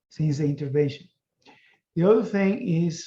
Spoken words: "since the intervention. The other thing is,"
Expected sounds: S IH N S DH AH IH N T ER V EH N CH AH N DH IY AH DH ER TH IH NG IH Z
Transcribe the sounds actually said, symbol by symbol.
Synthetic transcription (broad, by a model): S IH N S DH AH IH N T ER V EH N SH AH N DH IY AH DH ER TH IH NG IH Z